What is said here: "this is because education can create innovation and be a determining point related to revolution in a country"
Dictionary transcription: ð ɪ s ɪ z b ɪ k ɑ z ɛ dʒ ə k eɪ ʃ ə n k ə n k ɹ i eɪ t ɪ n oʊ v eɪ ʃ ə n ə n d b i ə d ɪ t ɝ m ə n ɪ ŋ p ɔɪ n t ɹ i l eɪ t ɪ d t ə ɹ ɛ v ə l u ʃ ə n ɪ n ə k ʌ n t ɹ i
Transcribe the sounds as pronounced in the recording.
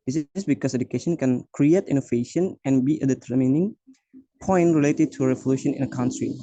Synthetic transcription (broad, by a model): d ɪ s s b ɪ k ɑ s ɛ dʒ ə k eɪ ʃ ə n k ə n k ɹ i eɪ t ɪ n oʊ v eɪ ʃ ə n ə n b i ə d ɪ t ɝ m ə n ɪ ŋ p ɔɪ n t ɹ i l eɪ t ɪ d t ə ɹ ɛ v ə l u ʃ ə n ɪ n ə k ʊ n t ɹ i